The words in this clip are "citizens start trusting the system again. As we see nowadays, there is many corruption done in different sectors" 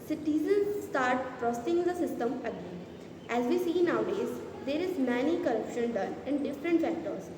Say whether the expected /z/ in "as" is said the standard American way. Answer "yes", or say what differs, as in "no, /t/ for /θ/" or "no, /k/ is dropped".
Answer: yes